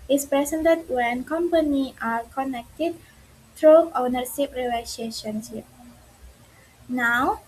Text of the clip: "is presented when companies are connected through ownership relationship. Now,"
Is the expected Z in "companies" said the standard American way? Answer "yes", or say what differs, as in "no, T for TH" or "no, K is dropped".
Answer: no, Z is dropped